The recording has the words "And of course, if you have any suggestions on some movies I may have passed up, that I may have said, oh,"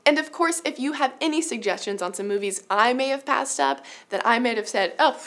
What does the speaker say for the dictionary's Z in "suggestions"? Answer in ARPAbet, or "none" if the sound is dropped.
Z